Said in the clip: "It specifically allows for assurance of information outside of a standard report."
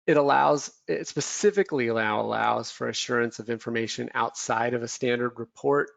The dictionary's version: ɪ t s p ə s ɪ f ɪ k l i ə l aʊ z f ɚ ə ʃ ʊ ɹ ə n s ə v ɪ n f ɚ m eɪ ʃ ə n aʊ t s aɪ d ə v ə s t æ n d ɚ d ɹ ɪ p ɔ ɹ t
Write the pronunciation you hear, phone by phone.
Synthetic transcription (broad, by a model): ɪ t s p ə s ɪ f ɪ k l i ə l aʊ z f ɚ ə ʃ ʊ ɹ ə n s ə v ɪ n f ɚ m eɪ ʃ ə n aʊ t s aɪ d ə v ə s t æ n d ɚ d ɹ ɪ p ɔ ɹ t